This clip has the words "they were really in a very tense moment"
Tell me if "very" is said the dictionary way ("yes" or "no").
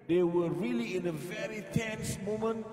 yes